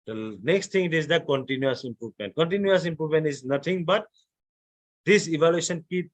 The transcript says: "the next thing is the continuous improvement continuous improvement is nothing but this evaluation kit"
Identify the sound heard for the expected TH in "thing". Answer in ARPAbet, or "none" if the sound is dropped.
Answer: T